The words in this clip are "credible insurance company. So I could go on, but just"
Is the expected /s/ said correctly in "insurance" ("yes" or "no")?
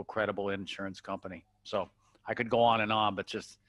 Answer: yes